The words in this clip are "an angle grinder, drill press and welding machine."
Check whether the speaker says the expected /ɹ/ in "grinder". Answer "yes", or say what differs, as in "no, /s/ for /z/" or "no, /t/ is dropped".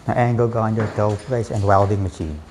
no, /ɹ/ is dropped